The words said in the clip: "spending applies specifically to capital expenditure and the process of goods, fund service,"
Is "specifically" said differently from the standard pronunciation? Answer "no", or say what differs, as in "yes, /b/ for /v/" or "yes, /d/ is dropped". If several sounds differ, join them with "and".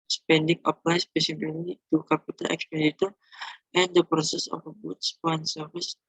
yes, /k/ is dropped